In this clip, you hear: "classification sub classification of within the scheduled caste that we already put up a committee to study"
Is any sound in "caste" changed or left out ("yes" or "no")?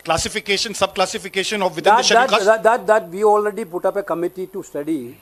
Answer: yes